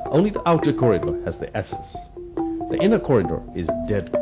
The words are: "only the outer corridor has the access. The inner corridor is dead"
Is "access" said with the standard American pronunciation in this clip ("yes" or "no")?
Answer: no